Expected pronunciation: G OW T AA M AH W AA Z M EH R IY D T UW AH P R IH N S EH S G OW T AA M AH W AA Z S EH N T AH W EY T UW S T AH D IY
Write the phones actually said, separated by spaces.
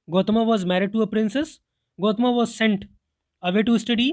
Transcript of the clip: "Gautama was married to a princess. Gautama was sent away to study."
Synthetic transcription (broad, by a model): G OW T M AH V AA Z M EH R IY D T UW AH P R IH N S EH S G OW T M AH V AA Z S EH N T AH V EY T UW S T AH D IY